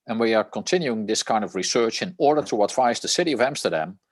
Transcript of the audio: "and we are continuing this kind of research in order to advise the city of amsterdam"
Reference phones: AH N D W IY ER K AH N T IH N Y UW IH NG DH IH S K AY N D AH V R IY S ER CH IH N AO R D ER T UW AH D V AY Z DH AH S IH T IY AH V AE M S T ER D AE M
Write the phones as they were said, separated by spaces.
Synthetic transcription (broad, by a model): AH N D W IY ER K AH N T IH N Y UW IH NG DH IH S K AY N D AH V R IY S ER CH IH N AO R D ER T UW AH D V AY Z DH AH S IH T IY AH V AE M S T ER D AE M